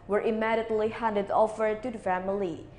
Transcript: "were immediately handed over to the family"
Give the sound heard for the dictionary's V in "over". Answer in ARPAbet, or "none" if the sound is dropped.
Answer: F